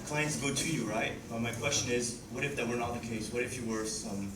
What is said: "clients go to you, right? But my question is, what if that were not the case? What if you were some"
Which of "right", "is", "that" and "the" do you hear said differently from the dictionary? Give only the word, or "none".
none